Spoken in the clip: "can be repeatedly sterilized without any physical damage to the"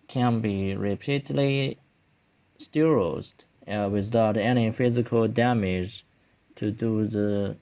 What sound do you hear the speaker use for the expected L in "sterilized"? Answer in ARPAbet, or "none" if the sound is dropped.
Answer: none